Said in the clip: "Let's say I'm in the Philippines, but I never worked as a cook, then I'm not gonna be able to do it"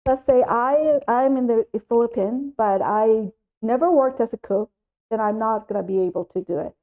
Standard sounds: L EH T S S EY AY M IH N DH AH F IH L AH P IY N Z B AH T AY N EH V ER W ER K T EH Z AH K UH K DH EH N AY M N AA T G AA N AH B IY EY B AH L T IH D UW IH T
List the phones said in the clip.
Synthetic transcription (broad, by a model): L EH T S S EY AY M IH N DH AH F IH L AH P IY N B AH T AY N EH V ER W ER K T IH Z AH K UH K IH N AY M N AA T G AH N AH B IY EY B L T IH D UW IH T